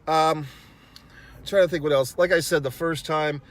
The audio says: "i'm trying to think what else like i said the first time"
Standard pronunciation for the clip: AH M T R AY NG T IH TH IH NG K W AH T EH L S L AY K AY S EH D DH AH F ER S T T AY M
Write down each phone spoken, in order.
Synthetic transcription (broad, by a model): AH M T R AY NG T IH TH IH NG K W AH T EH L S L AY K AY S EH D DH AH F ER S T T AY M